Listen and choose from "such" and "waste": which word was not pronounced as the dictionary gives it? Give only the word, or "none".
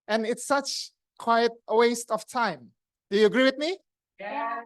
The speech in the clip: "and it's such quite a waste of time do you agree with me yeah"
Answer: none